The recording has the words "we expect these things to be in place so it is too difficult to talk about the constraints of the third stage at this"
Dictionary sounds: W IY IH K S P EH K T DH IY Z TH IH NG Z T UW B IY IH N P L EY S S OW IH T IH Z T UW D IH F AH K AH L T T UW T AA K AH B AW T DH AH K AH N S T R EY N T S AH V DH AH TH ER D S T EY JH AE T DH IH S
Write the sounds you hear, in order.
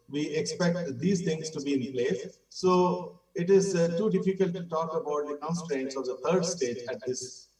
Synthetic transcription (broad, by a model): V IY IH K S P EH K T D IY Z T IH NG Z T UW B IY IH N P L EY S S OW IH T IH Z T UW D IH F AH K AH L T T UW T AA K AH B AW T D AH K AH N S T R EY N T S AH V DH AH T ER D S T EY JH AE T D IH S